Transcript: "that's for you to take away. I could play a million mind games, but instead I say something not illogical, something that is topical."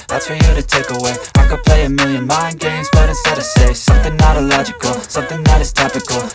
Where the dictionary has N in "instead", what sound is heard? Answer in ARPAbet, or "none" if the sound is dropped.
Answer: none